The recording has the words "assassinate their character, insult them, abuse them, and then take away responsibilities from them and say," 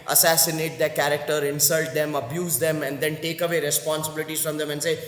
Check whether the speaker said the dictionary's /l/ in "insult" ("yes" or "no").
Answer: yes